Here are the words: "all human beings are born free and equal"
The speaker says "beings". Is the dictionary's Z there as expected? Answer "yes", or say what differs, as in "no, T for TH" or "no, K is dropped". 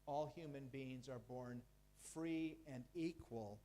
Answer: yes